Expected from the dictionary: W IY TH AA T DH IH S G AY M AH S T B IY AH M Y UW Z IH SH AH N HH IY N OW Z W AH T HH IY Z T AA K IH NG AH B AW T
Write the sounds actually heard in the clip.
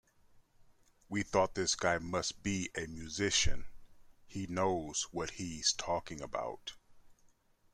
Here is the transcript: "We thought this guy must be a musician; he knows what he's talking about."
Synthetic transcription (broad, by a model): W IY TH AA T DH IH S G AY M AH S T B IY AH M Y UW Z IH SH AH N HH IY N OW Z W AH T HH IY Z T AA K IH NG AH B AW T